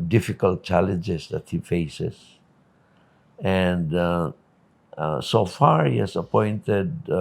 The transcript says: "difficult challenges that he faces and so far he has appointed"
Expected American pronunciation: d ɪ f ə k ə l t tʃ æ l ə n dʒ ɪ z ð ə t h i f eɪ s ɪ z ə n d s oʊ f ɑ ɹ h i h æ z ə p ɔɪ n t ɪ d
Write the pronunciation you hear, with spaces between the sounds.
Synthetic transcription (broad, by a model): d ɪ f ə k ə l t tʃ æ l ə n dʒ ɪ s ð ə t h i f eɪ s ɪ s ə n d s oʊ f ɑ ɹ h i h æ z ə p ɔɪ n t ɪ d